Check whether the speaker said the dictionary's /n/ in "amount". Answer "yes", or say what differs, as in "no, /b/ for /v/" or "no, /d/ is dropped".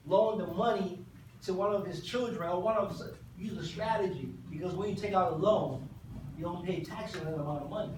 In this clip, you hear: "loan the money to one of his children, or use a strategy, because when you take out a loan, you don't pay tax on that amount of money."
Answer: no, /n/ is dropped